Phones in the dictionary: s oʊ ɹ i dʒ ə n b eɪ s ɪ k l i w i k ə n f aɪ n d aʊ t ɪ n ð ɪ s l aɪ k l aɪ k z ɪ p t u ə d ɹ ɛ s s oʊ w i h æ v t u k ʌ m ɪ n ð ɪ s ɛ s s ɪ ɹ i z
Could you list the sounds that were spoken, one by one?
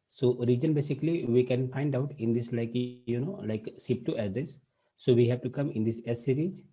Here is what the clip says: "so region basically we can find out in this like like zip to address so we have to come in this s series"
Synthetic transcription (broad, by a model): s oʊ ɹ i dʒ ə n b eɪ s ɪ k l i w i k ə n f aɪ n d aʊ t ɪ n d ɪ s l aɪ k l aɪ k s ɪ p t u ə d ɛ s s oʊ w i h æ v t u k ʌ m ɪ n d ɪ s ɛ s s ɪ ɹ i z